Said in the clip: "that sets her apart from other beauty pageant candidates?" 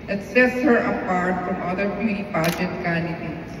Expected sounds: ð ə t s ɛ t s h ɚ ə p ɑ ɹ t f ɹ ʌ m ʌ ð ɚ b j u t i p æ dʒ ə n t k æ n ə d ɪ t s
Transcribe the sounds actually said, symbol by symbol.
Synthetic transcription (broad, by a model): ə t s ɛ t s h ɚ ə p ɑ ɹ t f ɹ ʌ m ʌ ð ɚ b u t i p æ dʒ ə t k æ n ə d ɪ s